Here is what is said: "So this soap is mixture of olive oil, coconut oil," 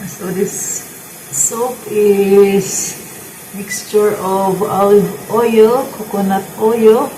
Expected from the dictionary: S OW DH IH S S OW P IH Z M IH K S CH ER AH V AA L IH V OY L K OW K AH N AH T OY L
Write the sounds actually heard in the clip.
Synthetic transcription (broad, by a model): S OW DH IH S S OW P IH S M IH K S CH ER AH V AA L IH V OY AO K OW K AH N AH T OY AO